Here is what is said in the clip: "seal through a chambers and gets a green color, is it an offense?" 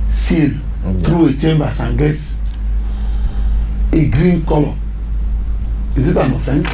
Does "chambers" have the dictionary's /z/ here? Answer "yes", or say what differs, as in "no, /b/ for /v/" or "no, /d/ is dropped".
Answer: no, /s/ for /z/